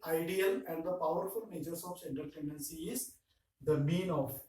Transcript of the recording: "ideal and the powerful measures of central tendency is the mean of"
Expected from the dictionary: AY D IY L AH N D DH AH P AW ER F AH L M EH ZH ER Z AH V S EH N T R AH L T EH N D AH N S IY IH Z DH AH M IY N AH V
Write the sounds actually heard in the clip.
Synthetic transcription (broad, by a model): AY D IY L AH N D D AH P AW ER F AH L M EH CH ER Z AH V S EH N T AH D T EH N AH N S IY IH Z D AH M IY N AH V